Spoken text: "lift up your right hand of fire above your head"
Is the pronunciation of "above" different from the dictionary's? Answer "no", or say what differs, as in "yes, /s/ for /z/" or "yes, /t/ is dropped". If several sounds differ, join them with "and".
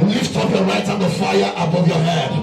no